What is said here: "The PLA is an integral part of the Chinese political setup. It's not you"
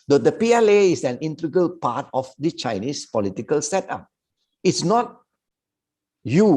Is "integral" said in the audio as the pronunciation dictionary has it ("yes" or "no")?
no